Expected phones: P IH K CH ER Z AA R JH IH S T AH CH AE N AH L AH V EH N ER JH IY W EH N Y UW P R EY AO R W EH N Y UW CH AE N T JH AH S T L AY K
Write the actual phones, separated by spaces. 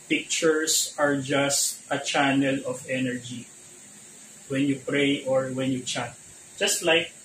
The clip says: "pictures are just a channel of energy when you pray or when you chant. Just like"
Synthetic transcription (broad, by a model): P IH K CH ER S AA R JH IH S T AH CH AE N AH L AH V EH N ER JH IY W EH N Y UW P R EY AO R W EH N Y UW CH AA T JH AH S T L AY K